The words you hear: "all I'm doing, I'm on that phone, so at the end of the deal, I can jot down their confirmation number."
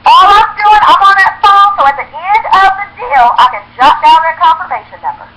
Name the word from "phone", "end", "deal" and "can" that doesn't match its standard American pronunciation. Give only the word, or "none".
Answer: phone